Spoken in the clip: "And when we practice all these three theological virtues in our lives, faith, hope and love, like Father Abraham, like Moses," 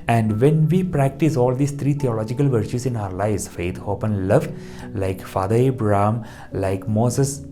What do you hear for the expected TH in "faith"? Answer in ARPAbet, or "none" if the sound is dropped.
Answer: T